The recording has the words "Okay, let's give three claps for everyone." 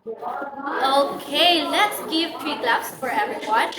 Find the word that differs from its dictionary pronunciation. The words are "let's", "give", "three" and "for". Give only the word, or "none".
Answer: three